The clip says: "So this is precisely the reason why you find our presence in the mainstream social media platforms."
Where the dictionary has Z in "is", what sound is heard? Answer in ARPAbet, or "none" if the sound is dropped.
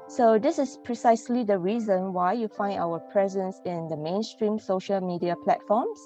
S